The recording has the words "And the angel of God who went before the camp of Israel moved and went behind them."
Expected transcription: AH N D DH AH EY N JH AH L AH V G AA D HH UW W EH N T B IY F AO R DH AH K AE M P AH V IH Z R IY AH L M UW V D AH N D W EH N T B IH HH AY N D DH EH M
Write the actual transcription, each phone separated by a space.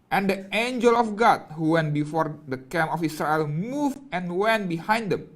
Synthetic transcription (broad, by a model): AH N D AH EY N JH AH L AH F G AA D HH UW W EH N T B IY F AO R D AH K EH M AH F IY S R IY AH L M UW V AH N W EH N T B IH HH AY N D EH M